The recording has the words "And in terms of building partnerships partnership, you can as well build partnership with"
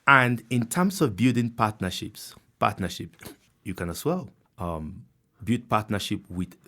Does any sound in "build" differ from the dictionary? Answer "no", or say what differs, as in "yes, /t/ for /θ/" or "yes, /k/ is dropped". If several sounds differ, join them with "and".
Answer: yes, /l/ is dropped